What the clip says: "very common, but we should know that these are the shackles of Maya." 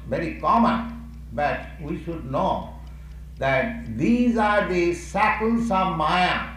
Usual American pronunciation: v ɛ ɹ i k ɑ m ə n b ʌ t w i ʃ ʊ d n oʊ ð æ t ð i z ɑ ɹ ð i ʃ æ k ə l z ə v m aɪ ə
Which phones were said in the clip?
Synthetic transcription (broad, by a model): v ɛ ɹ i k ɑ m ə n b ʌ t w i ʃ ʊ d n oʊ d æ t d i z ɑ ɹ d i s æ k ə l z ə v m aɪ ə